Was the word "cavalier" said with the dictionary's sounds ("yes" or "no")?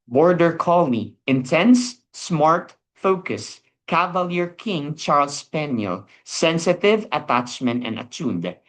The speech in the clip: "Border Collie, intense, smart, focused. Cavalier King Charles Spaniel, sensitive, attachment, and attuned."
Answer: yes